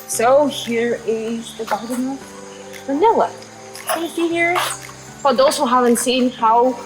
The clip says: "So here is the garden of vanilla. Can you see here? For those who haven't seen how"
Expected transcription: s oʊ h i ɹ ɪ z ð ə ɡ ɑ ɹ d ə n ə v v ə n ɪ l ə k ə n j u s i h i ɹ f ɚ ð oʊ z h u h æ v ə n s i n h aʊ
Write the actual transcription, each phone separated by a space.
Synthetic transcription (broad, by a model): s oʊ h i ɹ ɪ z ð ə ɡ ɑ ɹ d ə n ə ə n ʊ w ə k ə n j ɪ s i h i ɹ f ɚ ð oʊ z h u h æ v ə n s i n h aʊ